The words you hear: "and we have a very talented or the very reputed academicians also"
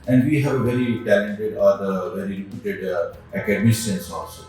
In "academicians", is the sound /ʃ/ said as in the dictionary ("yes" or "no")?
no